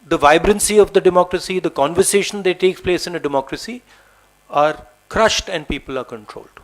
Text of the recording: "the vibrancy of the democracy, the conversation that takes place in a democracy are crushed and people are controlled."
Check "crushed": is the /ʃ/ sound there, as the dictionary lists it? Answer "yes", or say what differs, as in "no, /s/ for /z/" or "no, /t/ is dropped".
yes